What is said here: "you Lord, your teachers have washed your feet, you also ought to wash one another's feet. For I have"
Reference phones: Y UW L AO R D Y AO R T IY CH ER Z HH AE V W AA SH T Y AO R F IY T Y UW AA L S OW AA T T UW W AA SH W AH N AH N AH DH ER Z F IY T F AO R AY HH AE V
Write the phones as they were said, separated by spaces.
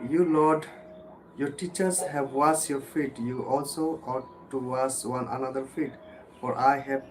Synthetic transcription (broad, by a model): Y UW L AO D Y AO R T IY CH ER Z HH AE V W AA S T Y AO R F IY T Y UW AA L S OW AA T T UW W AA S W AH N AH N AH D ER F IY T F AO R AY HH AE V